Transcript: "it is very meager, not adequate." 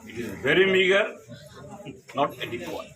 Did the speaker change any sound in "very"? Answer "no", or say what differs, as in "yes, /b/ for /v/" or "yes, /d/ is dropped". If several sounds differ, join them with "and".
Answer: no